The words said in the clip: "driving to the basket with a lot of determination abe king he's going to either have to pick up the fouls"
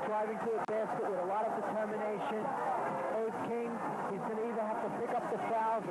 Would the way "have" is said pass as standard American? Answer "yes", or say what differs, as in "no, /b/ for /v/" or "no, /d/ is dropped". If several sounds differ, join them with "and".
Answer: no, /f/ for /v/